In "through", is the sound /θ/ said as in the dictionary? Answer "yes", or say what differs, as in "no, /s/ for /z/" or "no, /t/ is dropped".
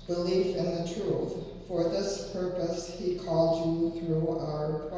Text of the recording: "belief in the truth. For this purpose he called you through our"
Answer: yes